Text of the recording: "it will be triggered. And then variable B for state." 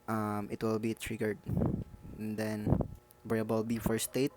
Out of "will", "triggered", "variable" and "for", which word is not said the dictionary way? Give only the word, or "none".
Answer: variable